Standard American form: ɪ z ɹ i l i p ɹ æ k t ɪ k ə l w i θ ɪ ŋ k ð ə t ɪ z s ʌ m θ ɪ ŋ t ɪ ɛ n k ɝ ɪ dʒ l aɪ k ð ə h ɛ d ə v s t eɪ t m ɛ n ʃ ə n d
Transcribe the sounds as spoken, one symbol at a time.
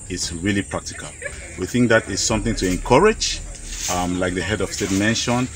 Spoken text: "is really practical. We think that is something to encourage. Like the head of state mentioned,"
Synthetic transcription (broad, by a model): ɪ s ɹ i l i p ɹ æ k t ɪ k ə l w i θ ɪ ŋ k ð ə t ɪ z s ʌ m θ ɪ ŋ t ɪ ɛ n k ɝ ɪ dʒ l aɪ k ð ə h ɛ d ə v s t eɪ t m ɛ n ʃ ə n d